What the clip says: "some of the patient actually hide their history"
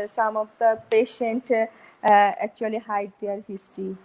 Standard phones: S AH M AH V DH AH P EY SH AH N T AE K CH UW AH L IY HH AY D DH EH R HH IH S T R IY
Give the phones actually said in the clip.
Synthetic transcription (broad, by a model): S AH M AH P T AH P EY SH AH N T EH K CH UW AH L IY HH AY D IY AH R HH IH S T R IY